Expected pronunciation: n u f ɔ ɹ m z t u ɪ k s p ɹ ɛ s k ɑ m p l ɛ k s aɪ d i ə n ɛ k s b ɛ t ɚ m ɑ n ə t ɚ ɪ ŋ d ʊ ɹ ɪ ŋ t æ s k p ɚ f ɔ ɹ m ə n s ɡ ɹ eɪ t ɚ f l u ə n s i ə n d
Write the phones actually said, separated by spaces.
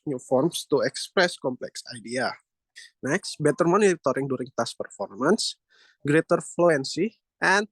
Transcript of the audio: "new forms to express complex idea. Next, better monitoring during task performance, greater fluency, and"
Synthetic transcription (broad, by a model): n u f ɔ ɹ m s t u ɪ k s p ɹ ɛ s k ɑ m p l ɛ k s aɪ d i ə n ɛ k s b ɛ t ɚ m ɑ n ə t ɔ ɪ ŋ d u ɹ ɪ ŋ t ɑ s p ɚ f ɔ ɹ m ə n s ɡ ɹ eɪ t ɚ f l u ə n s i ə n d